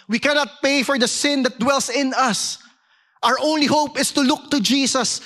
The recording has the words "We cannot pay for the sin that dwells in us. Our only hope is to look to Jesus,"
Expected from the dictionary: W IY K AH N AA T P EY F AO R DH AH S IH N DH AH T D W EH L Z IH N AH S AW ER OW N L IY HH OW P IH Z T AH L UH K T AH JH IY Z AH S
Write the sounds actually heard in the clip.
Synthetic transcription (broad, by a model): W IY K AH N AA T P EY F AO R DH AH S IH N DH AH T D W EH L S IH N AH S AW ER OW N L IY HH OW P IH S T AH L UH K T AH JH IY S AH S